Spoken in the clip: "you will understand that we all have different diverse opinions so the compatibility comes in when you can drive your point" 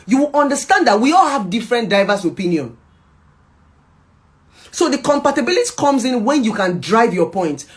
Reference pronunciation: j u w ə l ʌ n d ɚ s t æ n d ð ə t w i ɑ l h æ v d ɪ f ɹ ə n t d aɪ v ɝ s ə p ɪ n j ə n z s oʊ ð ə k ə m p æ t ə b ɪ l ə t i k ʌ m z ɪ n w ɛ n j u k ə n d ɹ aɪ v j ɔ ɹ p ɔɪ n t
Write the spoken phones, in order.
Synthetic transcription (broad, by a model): j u w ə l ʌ n d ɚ s t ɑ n d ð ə t w i ɑ l h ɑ v d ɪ f ɹ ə n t d aɪ v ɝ s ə p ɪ n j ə n s oʊ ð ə k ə m p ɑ t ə b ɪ l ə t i k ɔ m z ɪ n w ɛ n j u k ə n d ɹ aɪ v j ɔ p ɔɪ n t